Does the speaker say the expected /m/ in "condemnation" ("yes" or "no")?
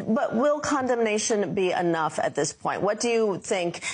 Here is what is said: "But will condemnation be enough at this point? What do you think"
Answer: yes